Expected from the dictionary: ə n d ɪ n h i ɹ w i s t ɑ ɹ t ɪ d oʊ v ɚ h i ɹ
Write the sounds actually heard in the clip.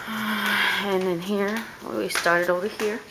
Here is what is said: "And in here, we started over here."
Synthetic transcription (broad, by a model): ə n ɪ n h i ɹ w i s t ɑ ɹ t ɪ d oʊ w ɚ h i ɹ